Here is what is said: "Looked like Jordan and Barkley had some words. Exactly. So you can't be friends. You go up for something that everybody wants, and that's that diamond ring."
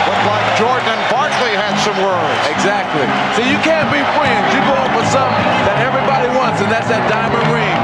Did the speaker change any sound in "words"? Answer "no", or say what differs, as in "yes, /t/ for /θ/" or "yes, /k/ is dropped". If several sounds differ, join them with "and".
yes, /z/ is dropped